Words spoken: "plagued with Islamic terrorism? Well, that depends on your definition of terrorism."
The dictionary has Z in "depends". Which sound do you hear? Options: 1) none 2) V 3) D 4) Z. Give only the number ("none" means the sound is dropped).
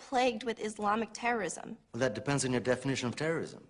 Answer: 4